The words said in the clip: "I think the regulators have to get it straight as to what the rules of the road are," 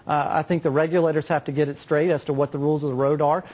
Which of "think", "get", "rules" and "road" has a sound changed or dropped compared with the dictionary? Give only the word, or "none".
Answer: none